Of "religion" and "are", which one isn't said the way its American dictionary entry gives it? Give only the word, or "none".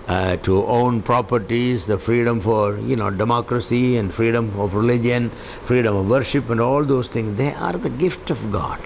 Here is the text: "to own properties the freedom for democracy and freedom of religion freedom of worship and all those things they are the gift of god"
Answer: none